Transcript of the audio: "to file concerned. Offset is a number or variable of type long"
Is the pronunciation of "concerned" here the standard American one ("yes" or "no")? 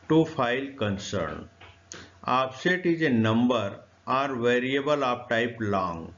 no